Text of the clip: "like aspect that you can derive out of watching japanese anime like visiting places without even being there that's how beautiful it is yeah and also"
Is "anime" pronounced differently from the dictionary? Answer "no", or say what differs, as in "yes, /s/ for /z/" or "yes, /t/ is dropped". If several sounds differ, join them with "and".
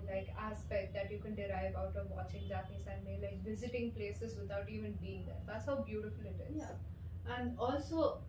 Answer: yes, /n/ is dropped